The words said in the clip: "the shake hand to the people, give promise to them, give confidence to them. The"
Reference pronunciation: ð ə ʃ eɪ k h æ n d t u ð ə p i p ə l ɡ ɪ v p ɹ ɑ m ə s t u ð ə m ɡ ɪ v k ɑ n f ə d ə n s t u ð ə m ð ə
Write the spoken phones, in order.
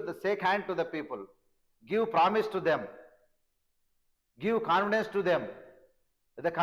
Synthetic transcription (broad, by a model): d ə s eɪ k h æ n d t u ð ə p i p ə l ɡ ɪ v p ɹ ɑ m ə s t u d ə m ɡ ɪ v k ɑ n f ə d ə n s t u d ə m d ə